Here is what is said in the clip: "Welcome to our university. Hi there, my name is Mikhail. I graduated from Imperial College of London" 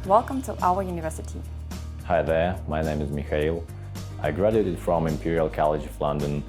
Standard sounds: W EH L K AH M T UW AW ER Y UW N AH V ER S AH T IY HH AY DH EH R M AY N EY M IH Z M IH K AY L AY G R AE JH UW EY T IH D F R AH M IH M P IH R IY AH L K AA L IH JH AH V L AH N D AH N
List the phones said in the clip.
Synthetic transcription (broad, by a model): W EH L K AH M T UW AW ER Y UW N AH V ER S AH T IY HH AY DH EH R M AY N EY M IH Z M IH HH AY L AY G R AE JH UW EY T IH D F R AH M IH M P IH R IY AH L K AA L IH JH AH V L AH N D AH N